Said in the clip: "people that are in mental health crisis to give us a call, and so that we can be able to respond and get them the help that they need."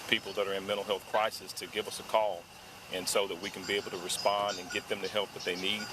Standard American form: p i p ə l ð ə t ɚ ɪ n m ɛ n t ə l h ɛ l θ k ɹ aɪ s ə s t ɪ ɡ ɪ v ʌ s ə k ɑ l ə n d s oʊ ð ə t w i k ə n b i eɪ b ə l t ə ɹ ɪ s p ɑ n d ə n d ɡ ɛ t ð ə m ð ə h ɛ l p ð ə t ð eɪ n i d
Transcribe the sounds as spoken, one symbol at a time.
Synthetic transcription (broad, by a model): p i p l ð ə t ɚ ɪ n m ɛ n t l h ɛ l θ k ɹ aɪ s ə s t ɪ ɡ ɪ v ʌ s ə k ɑ l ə n s oʊ ð ə t w i k n b i eɪ b l t ə ɹ ɪ s p ɑ n d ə n ɡ ɛ t ð ə m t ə h ɛ l p ð ə t ð eɪ n i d